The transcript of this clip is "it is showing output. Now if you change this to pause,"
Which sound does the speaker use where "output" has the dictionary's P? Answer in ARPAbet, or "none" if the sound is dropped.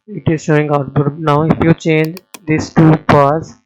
B